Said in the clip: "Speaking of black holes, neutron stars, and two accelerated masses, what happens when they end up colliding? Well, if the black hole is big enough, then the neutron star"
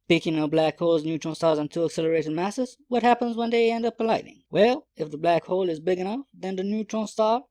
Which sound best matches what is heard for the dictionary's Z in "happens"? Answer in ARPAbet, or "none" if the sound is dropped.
Z